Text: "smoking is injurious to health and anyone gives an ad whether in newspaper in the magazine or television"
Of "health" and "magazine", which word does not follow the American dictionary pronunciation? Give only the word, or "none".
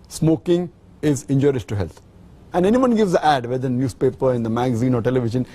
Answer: health